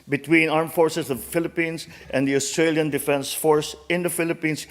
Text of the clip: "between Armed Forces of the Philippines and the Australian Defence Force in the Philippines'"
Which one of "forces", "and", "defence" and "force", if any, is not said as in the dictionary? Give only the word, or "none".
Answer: forces